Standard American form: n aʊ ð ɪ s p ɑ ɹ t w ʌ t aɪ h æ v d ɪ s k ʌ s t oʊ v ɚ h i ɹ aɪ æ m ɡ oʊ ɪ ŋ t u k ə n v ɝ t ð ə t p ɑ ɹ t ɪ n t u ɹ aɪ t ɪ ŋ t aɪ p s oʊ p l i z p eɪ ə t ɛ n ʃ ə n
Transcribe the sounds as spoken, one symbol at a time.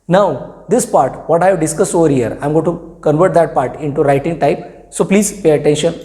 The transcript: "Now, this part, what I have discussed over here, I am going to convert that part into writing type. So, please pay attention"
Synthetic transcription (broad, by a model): n aʊ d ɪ s p ɑ ɹ t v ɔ t aɪ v d ɪ s k ʌ s t oʊ v ɚ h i ɹ aɪ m ɡ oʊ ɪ t u k ə n v ɝ t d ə t p ɑ ɹ t ɪ n t u ɹ aɪ t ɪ ŋ t aɪ p s oʊ p l i z p eɪ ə t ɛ n ʃ ə n